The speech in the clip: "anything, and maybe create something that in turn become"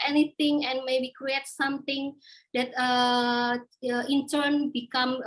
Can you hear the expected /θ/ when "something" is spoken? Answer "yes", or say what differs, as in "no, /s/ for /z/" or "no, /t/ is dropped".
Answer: no, /t/ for /θ/